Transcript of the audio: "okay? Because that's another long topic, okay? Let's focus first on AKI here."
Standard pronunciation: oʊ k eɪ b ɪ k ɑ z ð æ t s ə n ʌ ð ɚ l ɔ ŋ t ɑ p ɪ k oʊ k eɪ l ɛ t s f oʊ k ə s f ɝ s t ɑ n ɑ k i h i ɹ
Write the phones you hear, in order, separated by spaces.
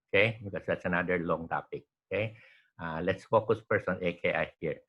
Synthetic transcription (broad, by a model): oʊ k eɪ b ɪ k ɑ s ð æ t s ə n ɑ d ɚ l ɔ ŋ t ɑ p ɪ k oʊ k eɪ l ɛ t s f oʊ k ə s p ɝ s ɑ n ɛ k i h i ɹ